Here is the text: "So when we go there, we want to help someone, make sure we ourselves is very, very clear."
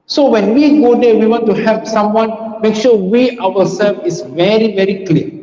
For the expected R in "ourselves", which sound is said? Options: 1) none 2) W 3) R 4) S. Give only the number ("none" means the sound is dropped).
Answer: 2